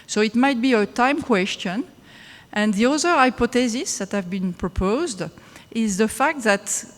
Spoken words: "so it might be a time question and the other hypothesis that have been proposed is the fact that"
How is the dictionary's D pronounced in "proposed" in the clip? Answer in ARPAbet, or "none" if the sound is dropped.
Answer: D